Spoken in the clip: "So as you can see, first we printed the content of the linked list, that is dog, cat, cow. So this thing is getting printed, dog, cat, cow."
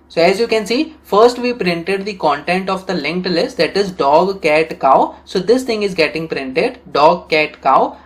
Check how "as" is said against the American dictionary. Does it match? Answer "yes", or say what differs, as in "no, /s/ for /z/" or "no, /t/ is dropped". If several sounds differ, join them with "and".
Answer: yes